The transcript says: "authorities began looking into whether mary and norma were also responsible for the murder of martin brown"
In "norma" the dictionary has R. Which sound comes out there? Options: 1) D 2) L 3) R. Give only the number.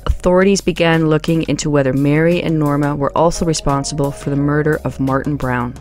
3